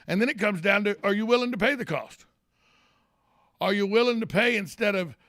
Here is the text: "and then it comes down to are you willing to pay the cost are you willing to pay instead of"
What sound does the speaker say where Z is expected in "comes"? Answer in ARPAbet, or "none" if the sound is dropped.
Z